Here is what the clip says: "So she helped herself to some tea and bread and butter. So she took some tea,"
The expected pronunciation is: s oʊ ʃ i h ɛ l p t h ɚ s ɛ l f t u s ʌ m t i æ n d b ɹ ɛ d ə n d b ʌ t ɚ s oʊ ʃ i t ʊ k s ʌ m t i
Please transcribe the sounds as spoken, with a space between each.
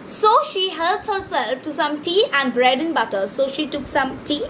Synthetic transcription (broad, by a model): s oʊ ʃ i h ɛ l t h ɚ s ɛ l f t u s ʌ m t i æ n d b ɹ ɛ d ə n b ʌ t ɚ s oʊ ʃ i t ʊ k s ʌ m t i